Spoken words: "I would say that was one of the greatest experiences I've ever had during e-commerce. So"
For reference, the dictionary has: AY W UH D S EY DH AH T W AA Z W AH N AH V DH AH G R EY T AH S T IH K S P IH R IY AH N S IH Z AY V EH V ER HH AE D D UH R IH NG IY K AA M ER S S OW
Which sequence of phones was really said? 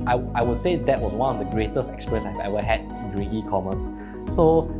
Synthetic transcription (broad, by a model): AY W UH D S EY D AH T W AA S W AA N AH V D AH G R EY T AH S T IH K S P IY R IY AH N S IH IH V EH V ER HH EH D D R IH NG IY K AA M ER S S OW